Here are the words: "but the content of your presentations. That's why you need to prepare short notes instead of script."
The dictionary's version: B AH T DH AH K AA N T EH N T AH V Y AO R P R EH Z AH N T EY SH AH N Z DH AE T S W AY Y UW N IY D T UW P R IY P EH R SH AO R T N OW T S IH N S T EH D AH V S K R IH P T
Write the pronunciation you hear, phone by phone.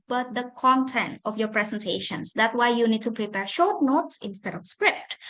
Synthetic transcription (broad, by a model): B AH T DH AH K AA N T EH N T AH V Y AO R P R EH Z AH N T EY SH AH N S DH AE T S W AY Y UW N IY D T UW P R IY P EH R SH AO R T N OW T S IH N S T EH D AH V S K R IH P T